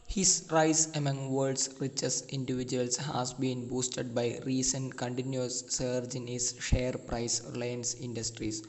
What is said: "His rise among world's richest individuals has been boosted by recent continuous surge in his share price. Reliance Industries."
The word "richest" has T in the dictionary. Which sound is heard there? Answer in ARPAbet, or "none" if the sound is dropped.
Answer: none